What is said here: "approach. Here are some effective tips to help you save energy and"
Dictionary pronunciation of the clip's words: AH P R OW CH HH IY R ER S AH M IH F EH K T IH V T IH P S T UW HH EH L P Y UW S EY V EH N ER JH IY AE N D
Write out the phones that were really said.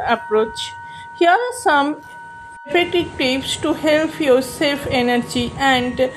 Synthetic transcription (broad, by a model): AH P R OW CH HH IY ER S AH M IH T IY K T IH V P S T UW HH EH L P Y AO S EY F EH N ER JH IY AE N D